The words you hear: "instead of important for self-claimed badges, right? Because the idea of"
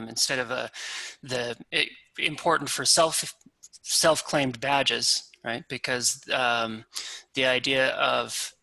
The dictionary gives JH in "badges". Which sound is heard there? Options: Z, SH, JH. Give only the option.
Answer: JH